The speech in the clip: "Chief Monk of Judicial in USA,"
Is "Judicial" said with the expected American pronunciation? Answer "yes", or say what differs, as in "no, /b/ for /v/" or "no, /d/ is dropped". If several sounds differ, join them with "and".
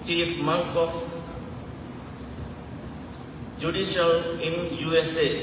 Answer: no, /n/ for /l/